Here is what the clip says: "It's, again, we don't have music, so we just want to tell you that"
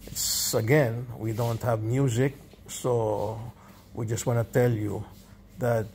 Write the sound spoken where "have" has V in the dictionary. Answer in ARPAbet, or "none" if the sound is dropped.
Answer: V